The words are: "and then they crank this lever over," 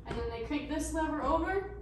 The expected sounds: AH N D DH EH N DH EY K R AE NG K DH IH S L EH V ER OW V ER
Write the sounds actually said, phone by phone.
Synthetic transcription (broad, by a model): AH N DH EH N DH EY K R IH K DH IH S N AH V ER OW V ER